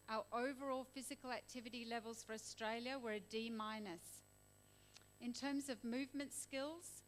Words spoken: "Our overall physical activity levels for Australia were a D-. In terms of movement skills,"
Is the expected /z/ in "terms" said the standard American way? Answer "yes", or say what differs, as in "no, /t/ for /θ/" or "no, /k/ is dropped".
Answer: yes